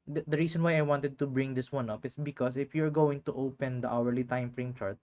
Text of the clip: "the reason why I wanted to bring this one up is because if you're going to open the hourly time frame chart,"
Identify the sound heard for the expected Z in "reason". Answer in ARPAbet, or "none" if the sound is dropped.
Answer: S